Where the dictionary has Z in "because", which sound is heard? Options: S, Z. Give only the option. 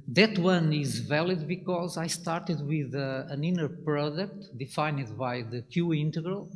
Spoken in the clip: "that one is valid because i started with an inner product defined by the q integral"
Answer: Z